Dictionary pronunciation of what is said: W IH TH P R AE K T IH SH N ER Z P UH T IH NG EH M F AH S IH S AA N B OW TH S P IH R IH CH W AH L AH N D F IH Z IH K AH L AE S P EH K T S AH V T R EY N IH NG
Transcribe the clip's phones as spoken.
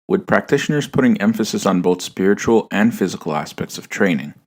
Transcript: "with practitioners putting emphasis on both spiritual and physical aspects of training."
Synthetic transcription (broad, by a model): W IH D P R AE K T IH SH N ER Z P UH T IH NG EH M F AH S IH S N B OW TH S P IH R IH CH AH L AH N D F IH Z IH K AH L AE S P EH K T S AH V T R EY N IH NG